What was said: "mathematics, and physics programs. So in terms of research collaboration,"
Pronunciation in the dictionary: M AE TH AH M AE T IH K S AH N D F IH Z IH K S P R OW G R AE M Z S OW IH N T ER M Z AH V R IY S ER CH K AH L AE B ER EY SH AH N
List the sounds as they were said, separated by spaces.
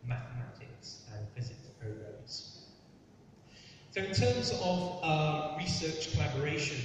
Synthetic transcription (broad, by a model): M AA TH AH M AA T IH K S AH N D F IH Z IH K S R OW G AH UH Z S OW IH N T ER M Z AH V R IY S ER CH K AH L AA B ER EY SH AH N